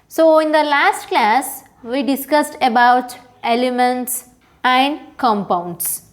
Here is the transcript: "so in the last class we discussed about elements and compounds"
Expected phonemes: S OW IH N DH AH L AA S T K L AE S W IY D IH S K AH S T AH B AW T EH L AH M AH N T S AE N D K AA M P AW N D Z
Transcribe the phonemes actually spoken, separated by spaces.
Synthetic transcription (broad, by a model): S OW IH N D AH L AA S T K L AE S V IY D IH S K AH S T AH B AW T EH L AH M AH N T S AE N D K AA M P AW N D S